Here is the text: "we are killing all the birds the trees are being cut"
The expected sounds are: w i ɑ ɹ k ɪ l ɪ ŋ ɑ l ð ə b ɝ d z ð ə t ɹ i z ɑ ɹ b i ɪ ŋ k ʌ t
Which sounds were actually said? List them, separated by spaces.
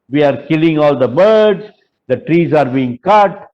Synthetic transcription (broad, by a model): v i ɑ ɹ k ɪ l ɪ ŋ ɑ l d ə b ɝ d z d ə t ɹ i z ɑ ɹ b i ɪ ŋ k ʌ t